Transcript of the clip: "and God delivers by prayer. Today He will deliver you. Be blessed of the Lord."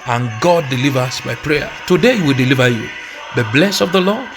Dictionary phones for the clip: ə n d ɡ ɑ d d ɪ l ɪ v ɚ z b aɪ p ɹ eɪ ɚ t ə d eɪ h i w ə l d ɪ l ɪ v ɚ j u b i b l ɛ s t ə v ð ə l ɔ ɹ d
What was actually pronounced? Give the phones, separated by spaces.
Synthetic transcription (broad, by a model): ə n ɡ ɑ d d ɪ l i v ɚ s b aɪ p ɹ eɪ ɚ t ə d eɪ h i w ə l d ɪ l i v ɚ j u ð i b l ɛ s ə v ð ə l ɔ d